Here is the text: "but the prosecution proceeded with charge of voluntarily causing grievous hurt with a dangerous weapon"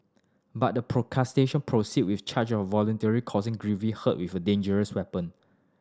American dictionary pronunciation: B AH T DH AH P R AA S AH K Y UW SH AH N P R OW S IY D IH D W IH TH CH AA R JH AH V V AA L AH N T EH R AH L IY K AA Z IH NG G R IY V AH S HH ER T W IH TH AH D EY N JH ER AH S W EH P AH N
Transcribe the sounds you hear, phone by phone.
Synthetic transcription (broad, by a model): B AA T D AH P R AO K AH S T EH SH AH N P R OW S IY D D W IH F CH AA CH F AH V V AA L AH N T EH R IY K AA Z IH NG G R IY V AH HH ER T W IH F AH D EY N JH ER AH S W EH P AH N